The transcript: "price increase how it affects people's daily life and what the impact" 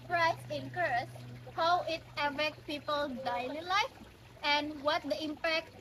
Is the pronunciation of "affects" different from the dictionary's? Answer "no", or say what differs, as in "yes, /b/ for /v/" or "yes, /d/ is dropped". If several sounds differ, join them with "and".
yes, /s/ is dropped